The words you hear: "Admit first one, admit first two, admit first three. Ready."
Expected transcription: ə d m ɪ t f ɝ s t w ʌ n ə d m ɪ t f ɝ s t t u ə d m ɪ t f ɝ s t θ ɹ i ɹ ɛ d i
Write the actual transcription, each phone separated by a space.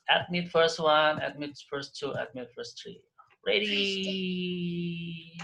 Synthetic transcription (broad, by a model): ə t m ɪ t f ɝ s t w ʌ n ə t m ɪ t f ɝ s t t u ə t m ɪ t f ɝ s t ɹ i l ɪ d i